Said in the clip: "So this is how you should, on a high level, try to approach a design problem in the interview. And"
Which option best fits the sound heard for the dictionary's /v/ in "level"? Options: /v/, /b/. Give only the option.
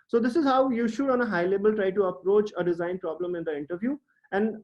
/b/